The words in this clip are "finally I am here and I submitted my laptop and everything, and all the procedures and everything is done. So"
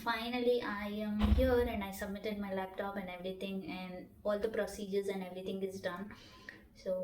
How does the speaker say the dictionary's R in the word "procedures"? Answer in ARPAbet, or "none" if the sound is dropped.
R